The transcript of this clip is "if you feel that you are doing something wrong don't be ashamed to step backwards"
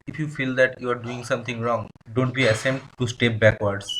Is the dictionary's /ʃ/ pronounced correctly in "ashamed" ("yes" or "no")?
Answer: no